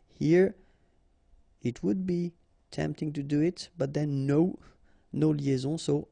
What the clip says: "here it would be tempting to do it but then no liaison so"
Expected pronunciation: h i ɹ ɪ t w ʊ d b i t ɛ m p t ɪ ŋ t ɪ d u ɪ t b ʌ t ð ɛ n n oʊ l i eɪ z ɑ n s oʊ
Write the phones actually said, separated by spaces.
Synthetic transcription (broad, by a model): h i ɹ ɪ t w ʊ d b i t ɛ m p t ɪ ŋ t ɪ d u ɪ t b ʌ t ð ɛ n n oʊ l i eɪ z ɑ s oʊ